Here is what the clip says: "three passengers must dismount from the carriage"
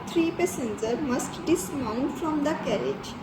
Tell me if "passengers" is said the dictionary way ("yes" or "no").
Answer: no